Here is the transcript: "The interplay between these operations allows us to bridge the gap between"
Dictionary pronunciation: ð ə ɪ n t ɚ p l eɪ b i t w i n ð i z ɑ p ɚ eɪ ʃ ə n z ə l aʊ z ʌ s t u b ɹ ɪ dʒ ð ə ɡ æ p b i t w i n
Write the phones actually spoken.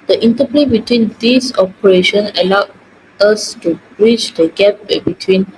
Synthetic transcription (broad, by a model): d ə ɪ n t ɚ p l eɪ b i t w i n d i s ɑ p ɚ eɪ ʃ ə n ə l aʊ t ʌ s t u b ɹ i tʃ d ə ɡ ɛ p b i t w i n